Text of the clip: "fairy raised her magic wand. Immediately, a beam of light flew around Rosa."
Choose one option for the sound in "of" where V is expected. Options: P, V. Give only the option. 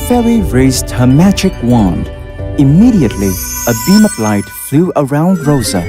P